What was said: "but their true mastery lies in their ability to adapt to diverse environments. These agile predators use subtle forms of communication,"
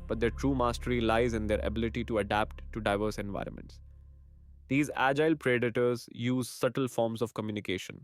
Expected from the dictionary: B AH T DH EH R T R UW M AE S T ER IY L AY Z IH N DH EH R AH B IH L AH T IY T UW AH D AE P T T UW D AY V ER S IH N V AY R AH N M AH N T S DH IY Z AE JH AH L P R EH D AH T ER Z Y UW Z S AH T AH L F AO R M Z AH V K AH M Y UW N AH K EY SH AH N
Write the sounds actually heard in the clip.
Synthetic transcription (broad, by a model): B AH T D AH T R UW M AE S T ER IY L AY Z IH N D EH R AH B IH L AH T IY T UW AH D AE P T T UW D AY V ER S IH N V AY R AH N M AH N T S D IY Z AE JH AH L P R EH D AH T ER Z Y UW Z S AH T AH L F AO R M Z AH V K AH M Y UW N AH K EY SH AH N